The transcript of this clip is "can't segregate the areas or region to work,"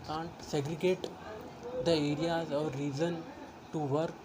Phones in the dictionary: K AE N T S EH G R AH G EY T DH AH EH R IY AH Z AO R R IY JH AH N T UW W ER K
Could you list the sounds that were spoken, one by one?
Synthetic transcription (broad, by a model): K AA N T S EH G R AH G EY T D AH EH R IY AH Z AO R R IY Z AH N T UW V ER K